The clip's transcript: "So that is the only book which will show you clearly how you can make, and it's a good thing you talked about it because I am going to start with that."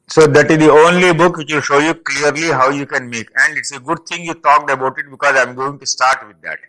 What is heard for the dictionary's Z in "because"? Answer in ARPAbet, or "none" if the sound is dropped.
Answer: Z